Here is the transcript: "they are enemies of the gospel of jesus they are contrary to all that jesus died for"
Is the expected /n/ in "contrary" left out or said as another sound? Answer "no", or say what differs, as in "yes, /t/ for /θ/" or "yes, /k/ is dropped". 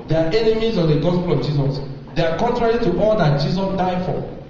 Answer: no